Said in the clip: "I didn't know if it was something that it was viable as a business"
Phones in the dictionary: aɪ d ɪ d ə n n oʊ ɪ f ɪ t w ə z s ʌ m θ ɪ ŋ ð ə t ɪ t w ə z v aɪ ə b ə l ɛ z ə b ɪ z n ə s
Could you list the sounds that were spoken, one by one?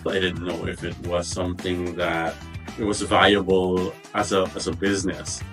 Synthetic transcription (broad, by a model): aɪ d ɪ d n n oʊ ɪ f ɪ t w ə z s ʌ m θ ɪ ŋ ð ə t ɪ t w ə z v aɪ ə b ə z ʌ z ə b ɪ z n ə s